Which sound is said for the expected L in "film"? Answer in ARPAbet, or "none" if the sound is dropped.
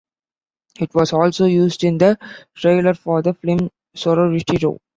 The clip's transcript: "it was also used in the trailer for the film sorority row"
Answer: none